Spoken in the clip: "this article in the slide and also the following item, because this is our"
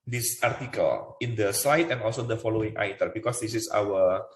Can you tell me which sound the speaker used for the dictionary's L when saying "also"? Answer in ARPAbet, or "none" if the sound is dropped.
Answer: L